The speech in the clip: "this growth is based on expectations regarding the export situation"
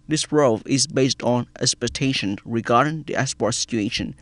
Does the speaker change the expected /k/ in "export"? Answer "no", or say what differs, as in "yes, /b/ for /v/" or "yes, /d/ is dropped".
yes, /k/ is dropped